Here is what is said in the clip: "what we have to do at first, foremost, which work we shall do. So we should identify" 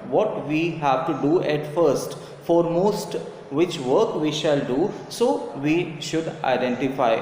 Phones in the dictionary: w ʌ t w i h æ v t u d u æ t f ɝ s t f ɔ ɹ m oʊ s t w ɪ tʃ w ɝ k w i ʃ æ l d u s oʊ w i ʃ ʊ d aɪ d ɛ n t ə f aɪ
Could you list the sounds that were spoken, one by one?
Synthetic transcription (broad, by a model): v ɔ t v i h æ v t u d u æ t f ɝ s t f ɔ ɹ m oʊ s t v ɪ tʃ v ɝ k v i ʃ æ l d u s oʊ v i ʃ ʊ d aɪ d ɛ n t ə f aɪ